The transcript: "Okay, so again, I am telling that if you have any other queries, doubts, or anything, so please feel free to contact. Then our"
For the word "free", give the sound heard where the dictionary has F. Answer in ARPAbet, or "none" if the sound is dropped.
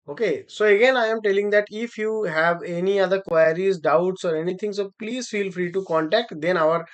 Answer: F